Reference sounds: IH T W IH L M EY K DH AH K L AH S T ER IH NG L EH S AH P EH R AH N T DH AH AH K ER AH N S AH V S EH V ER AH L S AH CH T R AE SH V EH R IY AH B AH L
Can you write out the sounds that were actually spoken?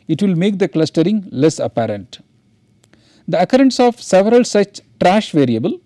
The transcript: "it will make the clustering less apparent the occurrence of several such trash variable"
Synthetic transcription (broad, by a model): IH T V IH L M EY K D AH K L AH S T ER IH NG L EH S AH P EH R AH N T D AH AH K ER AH N S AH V S EH V ER AH L S AH CH T R AE SH V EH R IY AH B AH L